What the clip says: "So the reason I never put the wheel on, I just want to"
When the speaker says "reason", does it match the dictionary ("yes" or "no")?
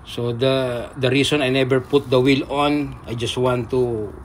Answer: no